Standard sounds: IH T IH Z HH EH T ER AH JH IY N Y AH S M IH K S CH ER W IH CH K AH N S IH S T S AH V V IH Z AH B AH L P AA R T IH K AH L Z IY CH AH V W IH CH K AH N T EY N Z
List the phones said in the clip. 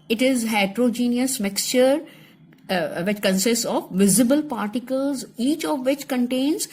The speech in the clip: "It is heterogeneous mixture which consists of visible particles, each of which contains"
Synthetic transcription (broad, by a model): IH T IH Z HH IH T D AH JH IY N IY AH S M IH K S CH ER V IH CH K AH N S IH S T S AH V V IH Z AH B AH L P AA R T IH K AH L Z IY CH AH V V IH CH K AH N T EY N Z